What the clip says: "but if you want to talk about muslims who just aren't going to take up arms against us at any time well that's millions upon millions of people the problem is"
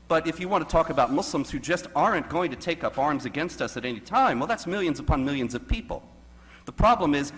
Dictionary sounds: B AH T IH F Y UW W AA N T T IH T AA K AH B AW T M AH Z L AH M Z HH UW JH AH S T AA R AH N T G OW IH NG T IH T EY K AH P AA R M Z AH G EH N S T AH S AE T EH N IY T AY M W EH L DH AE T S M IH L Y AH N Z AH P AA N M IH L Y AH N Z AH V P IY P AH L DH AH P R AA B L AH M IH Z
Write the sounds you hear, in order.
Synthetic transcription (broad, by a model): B AH T IH F Y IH W AA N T T IH T AA K AH B AW T M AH S L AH M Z HH UW JH AH S T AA R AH N G OW IH NG T IH T EY K AH P AA R M Z AH G EH N S T AH S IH T EH N IY T AY M W EH L DH AE T S M IH L Y AH N Z AH P AA N M IH L Y AH N Z AH V P IY P L DH AH P R AA B L AH M IH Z